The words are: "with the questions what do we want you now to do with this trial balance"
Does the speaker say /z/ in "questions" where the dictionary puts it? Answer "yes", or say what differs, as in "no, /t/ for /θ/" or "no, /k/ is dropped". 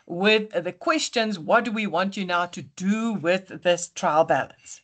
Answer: yes